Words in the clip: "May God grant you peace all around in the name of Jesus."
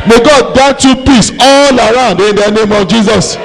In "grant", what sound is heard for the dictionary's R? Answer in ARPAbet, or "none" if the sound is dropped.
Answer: none